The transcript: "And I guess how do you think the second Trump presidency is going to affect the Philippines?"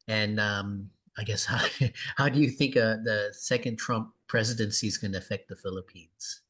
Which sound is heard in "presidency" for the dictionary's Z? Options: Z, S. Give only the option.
Z